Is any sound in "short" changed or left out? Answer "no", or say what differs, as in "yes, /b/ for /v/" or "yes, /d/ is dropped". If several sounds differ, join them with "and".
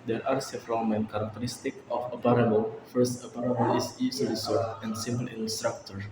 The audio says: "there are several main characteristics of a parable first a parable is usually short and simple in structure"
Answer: yes, /s/ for /ʃ/